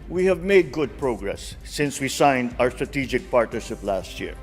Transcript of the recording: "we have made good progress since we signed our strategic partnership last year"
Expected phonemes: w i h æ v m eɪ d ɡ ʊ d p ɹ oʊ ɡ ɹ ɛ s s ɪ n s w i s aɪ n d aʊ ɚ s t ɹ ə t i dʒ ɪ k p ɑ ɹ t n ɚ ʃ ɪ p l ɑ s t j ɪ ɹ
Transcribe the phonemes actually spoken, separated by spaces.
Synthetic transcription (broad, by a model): w i h æ v m eɪ d ɡ ʊ d p ɹ oʊ ɡ ɹ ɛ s s ɪ n s w i s aɪ n d aʊ ɚ s t ɹ ə t i dʒ ɪ k p ɑ ɹ t n ɚ ʃ ɪ p l ɑ s t j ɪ ɹ